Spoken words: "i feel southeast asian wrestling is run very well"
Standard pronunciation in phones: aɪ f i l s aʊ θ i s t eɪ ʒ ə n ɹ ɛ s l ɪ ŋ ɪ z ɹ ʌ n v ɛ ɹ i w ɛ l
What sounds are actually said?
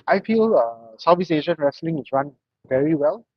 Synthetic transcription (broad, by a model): aɪ f i l s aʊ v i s eɪ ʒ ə n ɹ ɛ s l ɪ ŋ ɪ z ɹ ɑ n v ɛ ɹ i w ɛ l